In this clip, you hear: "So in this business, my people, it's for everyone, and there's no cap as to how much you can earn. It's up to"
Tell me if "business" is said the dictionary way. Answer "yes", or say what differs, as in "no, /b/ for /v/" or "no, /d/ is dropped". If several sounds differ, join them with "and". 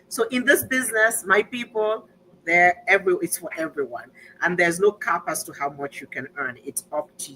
yes